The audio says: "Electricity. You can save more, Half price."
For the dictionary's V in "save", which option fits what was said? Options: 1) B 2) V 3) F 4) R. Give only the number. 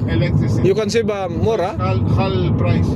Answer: 1